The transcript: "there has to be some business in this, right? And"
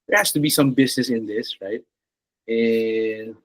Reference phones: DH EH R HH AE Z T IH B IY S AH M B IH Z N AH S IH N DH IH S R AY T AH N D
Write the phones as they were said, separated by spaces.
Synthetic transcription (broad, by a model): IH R HH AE S T IH B IY S AH M B IH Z N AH S IH N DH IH S R AY T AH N